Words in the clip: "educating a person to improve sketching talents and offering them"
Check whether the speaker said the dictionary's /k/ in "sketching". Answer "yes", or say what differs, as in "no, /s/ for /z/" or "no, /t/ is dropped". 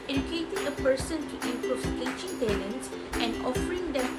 no, /k/ is dropped